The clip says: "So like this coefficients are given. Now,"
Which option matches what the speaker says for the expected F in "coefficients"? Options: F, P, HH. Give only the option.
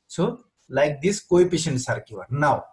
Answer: P